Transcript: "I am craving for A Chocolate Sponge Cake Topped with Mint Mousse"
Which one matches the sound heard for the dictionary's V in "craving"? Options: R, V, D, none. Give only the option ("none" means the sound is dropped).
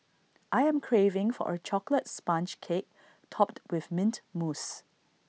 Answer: V